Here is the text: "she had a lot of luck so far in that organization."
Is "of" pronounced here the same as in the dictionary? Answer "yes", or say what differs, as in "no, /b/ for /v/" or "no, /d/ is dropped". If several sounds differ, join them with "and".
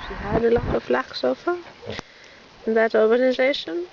no, /f/ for /v/